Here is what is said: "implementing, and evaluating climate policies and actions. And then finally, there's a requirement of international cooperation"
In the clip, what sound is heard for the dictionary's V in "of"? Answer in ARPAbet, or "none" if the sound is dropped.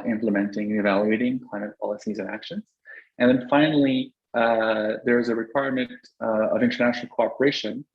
V